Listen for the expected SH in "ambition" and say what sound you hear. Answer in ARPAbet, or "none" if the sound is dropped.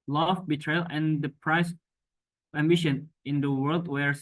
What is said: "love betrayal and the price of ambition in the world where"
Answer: SH